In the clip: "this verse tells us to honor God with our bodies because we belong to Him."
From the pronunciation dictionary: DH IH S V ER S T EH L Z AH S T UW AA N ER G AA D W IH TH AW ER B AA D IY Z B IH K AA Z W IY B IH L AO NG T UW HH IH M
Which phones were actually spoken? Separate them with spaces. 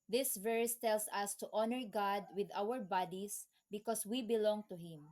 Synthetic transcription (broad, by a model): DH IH S V ER S T EH L S AH S T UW AA N ER G AA D W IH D AW ER B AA D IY S B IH K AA S W IY B IH L AO NG T UW HH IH M